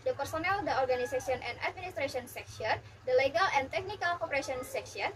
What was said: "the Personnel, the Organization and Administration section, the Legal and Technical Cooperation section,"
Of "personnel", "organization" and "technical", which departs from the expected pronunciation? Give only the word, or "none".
organization